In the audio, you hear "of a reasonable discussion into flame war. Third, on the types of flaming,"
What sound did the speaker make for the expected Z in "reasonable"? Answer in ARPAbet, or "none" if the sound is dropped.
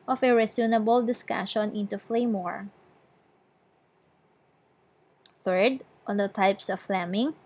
S